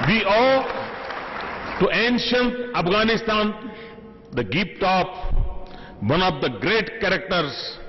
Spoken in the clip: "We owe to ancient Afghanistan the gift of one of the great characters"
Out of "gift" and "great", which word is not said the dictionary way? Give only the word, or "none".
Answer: gift